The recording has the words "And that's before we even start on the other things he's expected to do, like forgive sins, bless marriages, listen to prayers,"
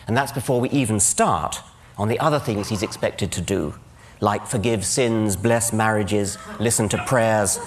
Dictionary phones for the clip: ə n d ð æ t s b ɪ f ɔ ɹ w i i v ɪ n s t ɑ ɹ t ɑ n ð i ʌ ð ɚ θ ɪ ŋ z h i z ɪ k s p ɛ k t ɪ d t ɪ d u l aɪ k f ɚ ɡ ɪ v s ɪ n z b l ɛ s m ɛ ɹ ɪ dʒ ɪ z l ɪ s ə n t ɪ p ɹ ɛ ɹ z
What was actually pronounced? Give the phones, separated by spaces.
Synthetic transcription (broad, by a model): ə n ð æ t s b ɪ f ɔ ɹ w i i v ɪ n s t ɑ ɹ t n ð i ʌ ð ɚ θ ɪ ŋ z h i z ɪ k s p ɛ k t ɪ d t ɪ d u l aɪ k f ɚ ɡ ɪ v s ɪ n z b l ɛ s m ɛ ɹ ɪ dʒ ɪ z l ɪ s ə n t ɪ p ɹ ɛ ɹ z